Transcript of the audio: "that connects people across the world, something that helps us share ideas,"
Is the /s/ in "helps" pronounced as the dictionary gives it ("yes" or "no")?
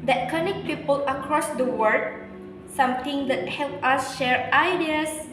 no